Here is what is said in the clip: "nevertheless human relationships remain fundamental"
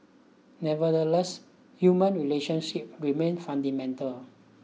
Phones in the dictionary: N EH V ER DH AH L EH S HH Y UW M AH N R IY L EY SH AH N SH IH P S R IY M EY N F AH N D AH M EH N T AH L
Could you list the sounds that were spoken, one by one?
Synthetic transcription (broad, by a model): N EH V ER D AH L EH S HH Y UW M AH N R IY L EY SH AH N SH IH P R IY M EY N F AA N D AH M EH N T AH L